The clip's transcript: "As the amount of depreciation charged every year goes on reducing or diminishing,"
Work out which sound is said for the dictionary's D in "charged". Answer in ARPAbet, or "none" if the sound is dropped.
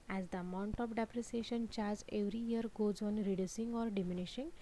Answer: none